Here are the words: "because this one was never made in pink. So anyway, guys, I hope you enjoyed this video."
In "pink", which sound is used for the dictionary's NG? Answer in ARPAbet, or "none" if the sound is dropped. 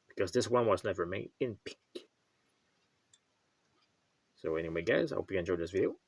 none